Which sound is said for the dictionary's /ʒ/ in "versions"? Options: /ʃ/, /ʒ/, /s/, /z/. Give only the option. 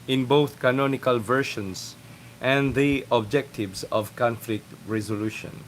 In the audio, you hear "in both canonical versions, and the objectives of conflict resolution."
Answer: /ʃ/